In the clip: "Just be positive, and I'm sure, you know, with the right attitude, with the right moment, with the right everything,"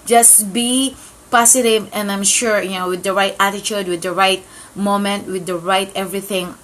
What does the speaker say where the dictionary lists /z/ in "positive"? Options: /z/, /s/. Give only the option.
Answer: /s/